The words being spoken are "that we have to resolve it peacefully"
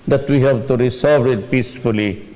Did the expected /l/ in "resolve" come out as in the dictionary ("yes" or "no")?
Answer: no